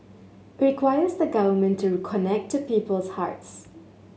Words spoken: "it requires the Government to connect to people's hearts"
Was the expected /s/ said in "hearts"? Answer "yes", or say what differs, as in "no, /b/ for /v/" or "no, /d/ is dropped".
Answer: yes